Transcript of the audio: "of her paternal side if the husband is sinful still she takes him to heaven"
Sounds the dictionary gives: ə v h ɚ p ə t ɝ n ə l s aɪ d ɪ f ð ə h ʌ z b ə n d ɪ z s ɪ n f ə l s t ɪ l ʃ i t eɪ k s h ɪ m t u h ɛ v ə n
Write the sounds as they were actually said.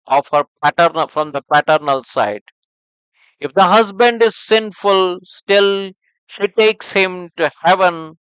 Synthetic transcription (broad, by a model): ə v h ɚ p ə t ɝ n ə l s aɪ d ɪ f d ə h ʌ z b ə n d ɪ z s ɪ n f ə l s t ɪ l ʃ i t eɪ k s h ɪ m t u h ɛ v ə n